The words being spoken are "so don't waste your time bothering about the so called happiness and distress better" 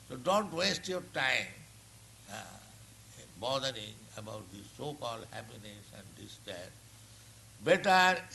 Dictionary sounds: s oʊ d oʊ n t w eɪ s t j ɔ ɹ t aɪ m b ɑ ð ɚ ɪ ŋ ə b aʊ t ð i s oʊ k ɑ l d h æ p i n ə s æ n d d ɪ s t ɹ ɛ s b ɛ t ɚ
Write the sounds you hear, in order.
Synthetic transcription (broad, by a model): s oʊ d oʊ n t w eɪ s t j ɔ ɹ t aɪ m b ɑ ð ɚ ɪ ŋ ə b aʊ t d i s oʊ k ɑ l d h æ p i n ə s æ n d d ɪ s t ɛ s b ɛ t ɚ